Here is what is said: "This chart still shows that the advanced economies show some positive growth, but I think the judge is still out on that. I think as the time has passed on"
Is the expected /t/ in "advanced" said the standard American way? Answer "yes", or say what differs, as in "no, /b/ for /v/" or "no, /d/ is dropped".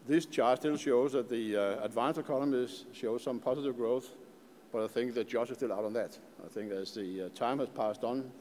no, /t/ is dropped